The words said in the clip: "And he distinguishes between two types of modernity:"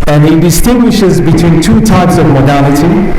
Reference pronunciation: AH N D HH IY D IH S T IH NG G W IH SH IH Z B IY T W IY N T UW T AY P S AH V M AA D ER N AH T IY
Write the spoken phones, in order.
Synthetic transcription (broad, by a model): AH N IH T D IH S T IH NG G W IH SH IH Z B IY T W IY N T UW T AY P S AH V M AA D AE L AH T IY